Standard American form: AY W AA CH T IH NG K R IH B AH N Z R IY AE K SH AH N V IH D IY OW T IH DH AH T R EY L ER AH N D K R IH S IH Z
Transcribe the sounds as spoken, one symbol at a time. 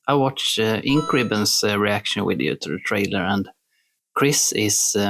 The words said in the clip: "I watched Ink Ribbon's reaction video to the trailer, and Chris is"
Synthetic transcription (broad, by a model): AY W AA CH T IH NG K R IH B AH N S R IY AE K SH AH N W IH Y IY T IH DH AH T R EY L ER AH N D K R IH S IH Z